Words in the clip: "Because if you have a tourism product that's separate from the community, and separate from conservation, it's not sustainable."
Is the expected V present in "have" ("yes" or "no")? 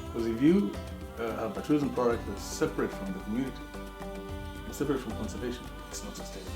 no